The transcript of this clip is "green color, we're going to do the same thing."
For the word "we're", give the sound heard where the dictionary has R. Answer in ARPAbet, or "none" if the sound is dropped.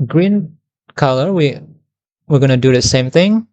W